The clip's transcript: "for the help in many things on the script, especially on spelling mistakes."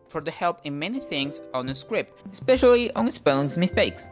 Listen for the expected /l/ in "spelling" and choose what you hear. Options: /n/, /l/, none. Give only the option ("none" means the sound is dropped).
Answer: none